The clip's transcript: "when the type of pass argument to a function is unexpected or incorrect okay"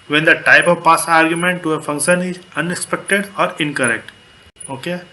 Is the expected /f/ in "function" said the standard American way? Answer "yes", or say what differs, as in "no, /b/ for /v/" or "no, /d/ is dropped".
yes